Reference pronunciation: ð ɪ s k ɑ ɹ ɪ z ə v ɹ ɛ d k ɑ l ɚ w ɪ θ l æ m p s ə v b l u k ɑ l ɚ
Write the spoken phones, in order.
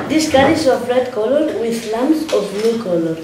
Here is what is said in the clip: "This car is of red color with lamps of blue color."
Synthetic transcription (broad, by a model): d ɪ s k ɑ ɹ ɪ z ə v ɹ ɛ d k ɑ l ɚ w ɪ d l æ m s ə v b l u k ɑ l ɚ